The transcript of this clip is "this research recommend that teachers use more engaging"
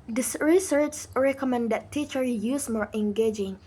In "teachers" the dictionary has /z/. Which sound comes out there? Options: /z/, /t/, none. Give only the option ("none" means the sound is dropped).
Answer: none